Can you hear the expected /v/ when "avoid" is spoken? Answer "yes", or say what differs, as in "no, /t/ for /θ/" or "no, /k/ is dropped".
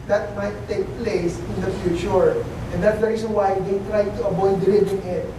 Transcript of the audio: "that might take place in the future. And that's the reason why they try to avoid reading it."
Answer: no, /b/ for /v/